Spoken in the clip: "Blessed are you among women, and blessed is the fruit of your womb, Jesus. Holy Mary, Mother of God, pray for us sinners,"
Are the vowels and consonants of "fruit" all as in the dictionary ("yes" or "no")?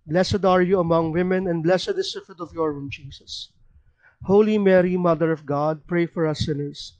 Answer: no